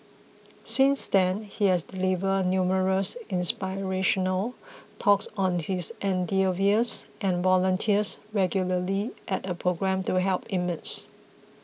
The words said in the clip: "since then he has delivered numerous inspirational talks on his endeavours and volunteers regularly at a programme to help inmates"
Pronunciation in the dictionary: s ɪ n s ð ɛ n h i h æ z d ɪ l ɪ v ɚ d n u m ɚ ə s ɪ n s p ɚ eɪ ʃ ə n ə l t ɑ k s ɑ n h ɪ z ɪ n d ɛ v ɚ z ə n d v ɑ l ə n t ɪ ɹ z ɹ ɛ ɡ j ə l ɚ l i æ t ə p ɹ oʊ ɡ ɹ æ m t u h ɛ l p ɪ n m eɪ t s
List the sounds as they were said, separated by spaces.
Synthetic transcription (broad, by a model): s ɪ n s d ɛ n h i h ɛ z d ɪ l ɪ v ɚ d n u m ɚ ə s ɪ n s p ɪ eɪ ʃ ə n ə l t ɑ k s ɑ n h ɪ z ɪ n d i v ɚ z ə n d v ɑ l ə n t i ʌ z ɹ ɛ ɡ j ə l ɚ l i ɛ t ə p ɹ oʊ ɡ ɹ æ m t u h ɛ l p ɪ m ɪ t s